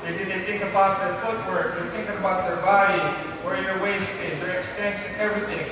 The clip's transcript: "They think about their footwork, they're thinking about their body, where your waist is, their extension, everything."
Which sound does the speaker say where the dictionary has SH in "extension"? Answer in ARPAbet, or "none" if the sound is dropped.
S